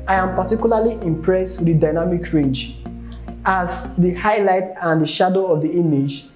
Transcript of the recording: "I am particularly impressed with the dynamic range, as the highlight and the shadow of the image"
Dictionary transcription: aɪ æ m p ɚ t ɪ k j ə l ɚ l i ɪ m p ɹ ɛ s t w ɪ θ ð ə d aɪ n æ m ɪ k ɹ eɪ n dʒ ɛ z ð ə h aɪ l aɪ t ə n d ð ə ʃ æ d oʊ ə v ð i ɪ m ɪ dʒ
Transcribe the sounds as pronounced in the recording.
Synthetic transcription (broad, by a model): aɪ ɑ m p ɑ t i k j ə l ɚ l i ɪ m p ɹ ɛ s t w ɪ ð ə d aɪ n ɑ m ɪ k ɹ eɪ n dʒ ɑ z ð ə h aɪ l aɪ t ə n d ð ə ʃ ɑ d oʊ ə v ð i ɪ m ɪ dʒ